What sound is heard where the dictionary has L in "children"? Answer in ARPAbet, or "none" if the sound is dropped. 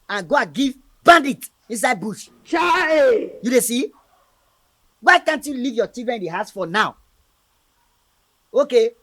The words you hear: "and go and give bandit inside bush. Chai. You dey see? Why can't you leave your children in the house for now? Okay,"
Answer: none